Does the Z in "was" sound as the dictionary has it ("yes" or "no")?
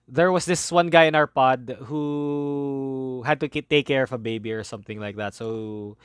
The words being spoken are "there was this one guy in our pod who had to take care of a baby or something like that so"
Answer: no